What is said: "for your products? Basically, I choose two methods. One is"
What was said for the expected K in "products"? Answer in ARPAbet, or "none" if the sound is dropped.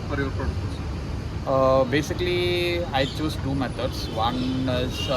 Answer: none